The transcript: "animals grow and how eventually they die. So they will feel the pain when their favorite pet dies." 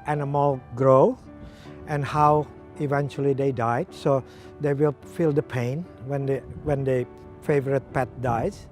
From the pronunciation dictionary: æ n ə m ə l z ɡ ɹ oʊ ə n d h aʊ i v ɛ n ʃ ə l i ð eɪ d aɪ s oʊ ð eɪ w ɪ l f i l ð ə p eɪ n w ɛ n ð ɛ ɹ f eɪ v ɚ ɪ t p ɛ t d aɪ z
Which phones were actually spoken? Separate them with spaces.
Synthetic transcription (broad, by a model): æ n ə m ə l ɡ ɹ oʊ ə n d h aʊ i v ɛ n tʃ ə l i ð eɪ d aɪ s oʊ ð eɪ w ɪ l f i l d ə p eɪ n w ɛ n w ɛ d f eɪ v ɚ ɪ t p ɛ t d aɪ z